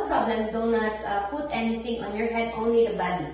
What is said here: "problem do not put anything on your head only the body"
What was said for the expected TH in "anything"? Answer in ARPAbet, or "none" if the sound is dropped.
T